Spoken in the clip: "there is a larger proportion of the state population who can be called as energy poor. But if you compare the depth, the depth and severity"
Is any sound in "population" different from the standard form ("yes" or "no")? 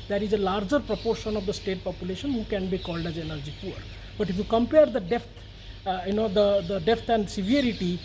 no